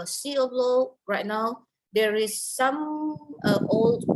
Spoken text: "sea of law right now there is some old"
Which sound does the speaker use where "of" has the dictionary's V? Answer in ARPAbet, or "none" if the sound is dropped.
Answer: B